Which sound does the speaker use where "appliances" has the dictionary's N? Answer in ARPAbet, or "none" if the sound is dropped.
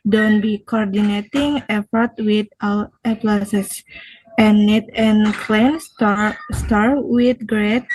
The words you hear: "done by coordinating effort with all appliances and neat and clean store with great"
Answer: none